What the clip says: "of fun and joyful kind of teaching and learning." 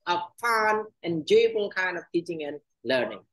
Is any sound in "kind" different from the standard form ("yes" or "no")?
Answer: yes